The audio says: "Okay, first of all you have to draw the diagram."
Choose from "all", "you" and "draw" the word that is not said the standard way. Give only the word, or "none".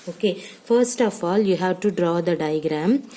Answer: none